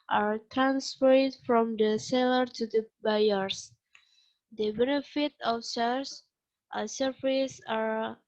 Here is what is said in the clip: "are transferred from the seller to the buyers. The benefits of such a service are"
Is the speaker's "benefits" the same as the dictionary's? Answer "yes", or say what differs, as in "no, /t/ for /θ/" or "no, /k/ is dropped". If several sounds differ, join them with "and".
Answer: no, /s/ is dropped